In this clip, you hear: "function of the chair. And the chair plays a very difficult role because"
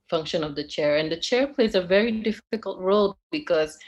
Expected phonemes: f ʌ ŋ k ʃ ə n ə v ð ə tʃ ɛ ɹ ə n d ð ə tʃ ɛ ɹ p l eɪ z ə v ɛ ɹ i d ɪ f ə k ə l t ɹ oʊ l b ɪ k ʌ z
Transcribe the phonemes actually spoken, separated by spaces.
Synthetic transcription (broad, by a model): f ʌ ŋ k ʃ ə n ə v ð ə tʃ ɛ ɹ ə n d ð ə tʃ ɛ ɹ p l eɪ z ə v ɛ ɹ i d ɪ f ə k ə l t ɹ oʊ l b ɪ k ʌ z